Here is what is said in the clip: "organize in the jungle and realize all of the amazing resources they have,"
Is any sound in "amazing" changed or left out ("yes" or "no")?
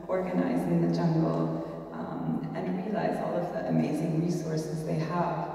no